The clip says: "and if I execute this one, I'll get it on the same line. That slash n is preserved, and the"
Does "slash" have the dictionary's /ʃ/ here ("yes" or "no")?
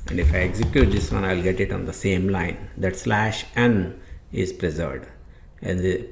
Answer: yes